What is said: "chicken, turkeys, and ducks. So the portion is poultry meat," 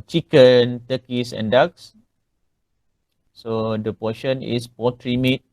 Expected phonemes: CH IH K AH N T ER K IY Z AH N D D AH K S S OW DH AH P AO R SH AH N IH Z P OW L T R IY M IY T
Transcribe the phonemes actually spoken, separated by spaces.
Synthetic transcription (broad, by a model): CH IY K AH N T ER K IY S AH N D D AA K S S OW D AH P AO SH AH N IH S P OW T R IY M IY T